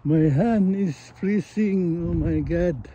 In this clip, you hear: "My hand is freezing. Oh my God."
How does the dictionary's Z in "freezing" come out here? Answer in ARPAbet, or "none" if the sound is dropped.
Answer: S